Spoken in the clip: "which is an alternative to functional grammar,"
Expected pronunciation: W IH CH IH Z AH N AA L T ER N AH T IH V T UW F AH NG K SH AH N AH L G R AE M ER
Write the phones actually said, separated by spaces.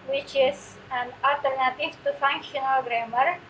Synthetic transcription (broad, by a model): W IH CH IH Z AH N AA T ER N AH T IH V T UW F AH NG K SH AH N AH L G R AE M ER